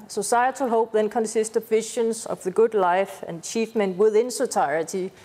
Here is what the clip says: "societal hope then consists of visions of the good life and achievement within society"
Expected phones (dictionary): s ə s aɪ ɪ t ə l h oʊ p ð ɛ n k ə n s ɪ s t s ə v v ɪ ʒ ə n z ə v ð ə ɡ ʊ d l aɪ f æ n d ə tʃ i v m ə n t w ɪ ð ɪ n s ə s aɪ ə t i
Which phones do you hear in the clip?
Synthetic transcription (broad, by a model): s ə s aɪ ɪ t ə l h oʊ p ð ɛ n k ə n s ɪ s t ə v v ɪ ʃ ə n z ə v ð ə ɡ ʊ d l aɪ f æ n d tʃ i f m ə n w ɪ ð ɪ n s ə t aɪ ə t i